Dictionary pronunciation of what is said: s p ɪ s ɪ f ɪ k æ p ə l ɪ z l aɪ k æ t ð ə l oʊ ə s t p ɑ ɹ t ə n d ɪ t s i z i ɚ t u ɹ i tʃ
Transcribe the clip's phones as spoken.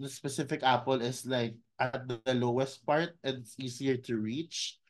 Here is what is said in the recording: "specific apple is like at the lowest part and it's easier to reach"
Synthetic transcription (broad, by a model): s p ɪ s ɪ f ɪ k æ p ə l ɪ s l aɪ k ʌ t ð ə l oʊ ə s t p ɑ ɹ t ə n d ɪ t s i s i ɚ t u ɹ i tʃ